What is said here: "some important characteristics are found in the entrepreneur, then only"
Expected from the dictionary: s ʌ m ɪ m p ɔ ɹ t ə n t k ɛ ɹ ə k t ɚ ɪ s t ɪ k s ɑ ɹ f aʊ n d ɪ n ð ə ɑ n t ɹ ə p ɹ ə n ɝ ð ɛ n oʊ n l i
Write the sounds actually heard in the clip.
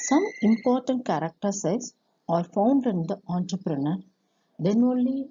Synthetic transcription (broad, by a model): s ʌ m ɪ m p ɔ ɹ t ə n t k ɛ ɹ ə k t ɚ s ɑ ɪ s ɑ ɹ f aʊ n d ɪ n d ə ɑ n t ɹ ə p ɹ ə n ɝ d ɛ n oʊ n l i